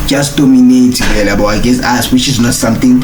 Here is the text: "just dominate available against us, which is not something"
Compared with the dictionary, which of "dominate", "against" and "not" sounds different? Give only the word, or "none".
against